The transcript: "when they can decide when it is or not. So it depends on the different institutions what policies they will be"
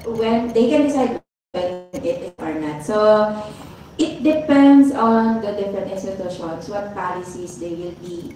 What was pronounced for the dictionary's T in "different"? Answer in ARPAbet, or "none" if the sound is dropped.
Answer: none